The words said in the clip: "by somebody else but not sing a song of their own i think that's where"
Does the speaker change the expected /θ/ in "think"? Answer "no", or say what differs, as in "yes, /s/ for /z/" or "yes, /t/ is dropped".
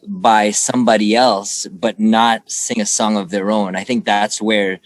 no